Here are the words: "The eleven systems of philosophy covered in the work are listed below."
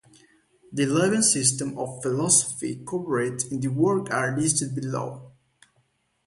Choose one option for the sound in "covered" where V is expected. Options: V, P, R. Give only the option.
P